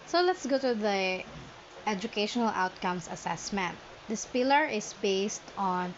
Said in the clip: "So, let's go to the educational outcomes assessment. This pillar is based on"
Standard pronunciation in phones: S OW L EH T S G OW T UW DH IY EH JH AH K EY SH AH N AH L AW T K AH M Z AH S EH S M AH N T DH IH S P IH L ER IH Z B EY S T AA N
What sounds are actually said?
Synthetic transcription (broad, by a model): S OW L EH T S G OW T UW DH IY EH JH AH K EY SH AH N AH L AW T K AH M S AH S EH S M AH N T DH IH S P IH L ER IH S B EY S T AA N